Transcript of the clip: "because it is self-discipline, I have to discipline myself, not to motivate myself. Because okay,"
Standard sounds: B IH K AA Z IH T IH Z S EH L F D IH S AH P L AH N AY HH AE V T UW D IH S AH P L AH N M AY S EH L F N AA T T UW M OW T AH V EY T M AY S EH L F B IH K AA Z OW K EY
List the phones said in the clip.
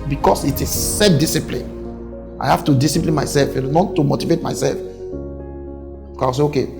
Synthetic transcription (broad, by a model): B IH K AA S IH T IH S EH F D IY S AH P L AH N AY HH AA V T UW D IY S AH P L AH N M AY S EH L F N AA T T UW M OW T AH V EY T M AY S EH L F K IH AA S OW K EY